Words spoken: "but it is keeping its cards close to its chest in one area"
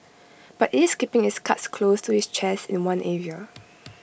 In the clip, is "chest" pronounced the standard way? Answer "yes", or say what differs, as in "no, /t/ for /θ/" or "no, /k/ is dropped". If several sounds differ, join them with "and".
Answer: no, /t/ is dropped